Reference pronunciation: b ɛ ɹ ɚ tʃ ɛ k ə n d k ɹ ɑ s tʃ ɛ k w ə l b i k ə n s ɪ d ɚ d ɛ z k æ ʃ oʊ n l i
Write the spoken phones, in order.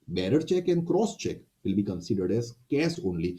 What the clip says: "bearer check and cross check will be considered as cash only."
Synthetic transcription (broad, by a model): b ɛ ɹ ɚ tʃ ɛ k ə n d k ɹ ɑ s tʃ ɛ k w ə l b i k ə n s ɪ d ɚ d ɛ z k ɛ s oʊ n l i